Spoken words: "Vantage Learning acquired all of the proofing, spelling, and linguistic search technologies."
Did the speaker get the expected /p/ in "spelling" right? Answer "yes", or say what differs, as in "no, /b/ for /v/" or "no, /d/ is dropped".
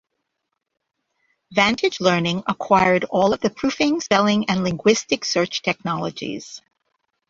no, /p/ is dropped